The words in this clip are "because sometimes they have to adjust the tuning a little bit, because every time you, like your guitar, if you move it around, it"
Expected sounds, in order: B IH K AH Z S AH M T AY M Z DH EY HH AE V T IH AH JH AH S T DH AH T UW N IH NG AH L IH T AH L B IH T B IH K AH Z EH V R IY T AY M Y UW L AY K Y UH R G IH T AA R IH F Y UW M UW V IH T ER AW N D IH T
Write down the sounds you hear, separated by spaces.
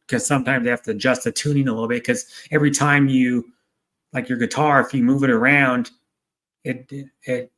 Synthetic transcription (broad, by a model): K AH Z S AH M T AY M Z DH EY HH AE F T IH JH AH S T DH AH T UW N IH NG AH L IH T L B IH T K AH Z EH V R IY T AY M Y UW L AY K Y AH R G IH T AA R IH F Y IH M UW V IH T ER AW N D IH T